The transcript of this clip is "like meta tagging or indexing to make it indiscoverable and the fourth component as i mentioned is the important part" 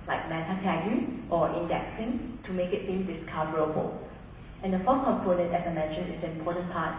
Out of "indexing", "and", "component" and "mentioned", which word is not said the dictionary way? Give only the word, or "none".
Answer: mentioned